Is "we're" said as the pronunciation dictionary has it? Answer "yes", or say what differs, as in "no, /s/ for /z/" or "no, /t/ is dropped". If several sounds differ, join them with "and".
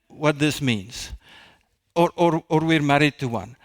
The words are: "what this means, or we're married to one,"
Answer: yes